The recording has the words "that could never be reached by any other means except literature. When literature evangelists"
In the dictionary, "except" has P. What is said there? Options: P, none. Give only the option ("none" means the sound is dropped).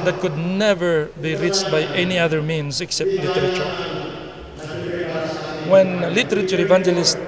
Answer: P